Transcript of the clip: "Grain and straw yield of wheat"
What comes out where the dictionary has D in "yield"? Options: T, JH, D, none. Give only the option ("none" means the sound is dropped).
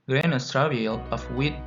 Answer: none